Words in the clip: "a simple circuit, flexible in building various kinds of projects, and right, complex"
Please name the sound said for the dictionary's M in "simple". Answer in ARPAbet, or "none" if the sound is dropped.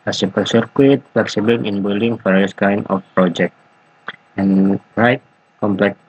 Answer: none